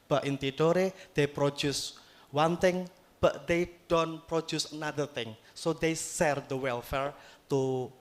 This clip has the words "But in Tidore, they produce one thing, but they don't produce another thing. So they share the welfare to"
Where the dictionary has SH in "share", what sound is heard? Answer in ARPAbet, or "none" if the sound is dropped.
S